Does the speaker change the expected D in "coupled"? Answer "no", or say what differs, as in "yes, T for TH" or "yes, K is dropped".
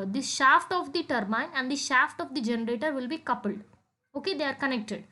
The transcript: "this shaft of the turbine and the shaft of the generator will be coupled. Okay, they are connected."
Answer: no